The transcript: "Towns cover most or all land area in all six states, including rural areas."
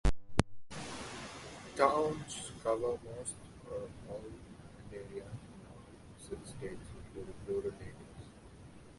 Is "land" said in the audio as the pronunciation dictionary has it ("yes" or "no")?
no